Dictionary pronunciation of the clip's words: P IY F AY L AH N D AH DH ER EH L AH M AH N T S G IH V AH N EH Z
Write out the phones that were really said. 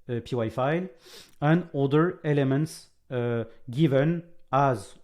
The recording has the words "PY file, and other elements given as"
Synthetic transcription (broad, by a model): P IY F AY L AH N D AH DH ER EH L AH M AH N T S G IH V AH N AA Z